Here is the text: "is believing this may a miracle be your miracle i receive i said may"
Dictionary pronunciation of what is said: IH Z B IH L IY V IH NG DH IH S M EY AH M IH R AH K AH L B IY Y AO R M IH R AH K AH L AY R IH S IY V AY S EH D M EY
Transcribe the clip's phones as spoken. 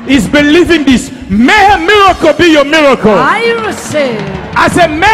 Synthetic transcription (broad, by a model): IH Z B IH L IY V IH NG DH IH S M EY AH M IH R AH K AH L B IY Y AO M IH R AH K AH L AY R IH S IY AY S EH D M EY